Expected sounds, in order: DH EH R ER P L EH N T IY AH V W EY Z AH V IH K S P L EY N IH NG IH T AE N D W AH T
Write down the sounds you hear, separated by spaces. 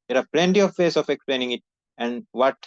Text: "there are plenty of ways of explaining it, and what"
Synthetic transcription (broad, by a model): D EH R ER P L EH N T IY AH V EY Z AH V IH K S P L EY N IH NG IH T AE N D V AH T